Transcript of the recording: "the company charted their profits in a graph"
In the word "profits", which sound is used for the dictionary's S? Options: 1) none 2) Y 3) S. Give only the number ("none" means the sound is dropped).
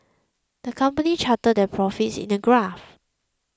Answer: 3